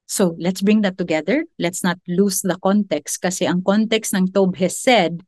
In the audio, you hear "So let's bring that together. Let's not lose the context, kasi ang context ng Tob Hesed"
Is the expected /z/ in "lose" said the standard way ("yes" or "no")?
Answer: no